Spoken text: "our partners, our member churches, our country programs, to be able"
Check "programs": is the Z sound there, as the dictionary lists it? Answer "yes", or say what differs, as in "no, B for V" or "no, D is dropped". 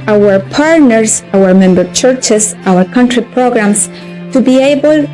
no, S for Z